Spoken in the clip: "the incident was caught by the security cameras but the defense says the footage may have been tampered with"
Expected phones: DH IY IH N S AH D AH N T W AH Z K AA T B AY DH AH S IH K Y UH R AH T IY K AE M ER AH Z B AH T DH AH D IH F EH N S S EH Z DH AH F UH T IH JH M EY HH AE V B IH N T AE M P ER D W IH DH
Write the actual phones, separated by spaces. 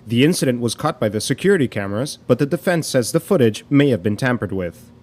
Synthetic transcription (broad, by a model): DH IY IH N S AH D AH N T W AH Z K AA T B AY DH AH S IH K Y UH R AH T IY K AE M ER AH Z B AH T DH AH D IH F EH N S S EH Z DH AH F UH T IH JH M EY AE V B IH N T AE M P ER D W IH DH